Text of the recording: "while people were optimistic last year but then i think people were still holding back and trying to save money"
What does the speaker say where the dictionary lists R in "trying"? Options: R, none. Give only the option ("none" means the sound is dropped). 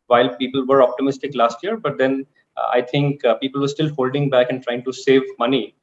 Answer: R